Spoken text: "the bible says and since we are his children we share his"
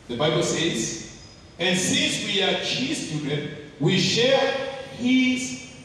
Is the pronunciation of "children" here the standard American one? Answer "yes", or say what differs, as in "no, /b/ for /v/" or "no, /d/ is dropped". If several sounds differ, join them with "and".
no, /l/ is dropped and /ɹ/ is dropped